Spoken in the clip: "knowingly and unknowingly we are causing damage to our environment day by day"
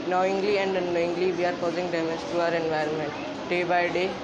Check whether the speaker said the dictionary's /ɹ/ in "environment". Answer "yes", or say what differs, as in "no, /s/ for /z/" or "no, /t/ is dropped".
yes